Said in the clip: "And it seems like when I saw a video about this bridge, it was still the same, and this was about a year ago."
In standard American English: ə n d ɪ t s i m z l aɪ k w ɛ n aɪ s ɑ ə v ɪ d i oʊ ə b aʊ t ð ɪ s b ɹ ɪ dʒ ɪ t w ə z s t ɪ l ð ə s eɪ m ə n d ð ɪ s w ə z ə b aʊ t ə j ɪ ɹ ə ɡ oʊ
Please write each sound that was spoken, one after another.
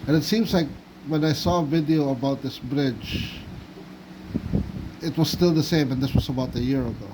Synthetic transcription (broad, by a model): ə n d ɪ t s i m z l aɪ k w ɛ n aɪ s ɑ ə v ɪ d i oʊ ə b aʊ t ð ɪ s b ɹ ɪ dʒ ɪ t w ə z s t ɪ l ð ə s eɪ m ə n ð ɪ s w ə z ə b aʊ t ə j ɪ ɹ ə ɡ oʊ